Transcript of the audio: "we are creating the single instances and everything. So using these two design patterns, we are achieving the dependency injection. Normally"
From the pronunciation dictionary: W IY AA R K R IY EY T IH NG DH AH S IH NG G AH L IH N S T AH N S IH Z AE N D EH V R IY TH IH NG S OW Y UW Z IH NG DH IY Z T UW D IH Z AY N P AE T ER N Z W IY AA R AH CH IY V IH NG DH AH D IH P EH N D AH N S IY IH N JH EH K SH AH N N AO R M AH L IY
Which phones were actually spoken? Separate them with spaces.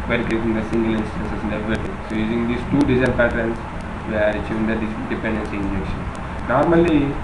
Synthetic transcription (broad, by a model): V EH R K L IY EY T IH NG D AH S IH NG G AH L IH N S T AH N S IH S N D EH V IY T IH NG S OW Y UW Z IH NG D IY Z T UW D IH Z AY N P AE T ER N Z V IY AA R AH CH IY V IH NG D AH D IH P EH N D AH N S IY IH N JH EH K SH AH N N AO R M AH L IY